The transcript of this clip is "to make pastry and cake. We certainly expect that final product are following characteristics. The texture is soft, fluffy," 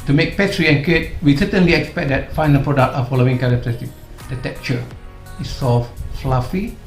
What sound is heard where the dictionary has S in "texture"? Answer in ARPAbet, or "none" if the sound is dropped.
none